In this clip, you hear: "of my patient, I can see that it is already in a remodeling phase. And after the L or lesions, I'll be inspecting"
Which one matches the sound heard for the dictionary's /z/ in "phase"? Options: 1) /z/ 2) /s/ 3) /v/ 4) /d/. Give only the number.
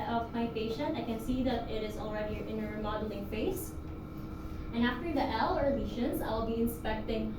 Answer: 2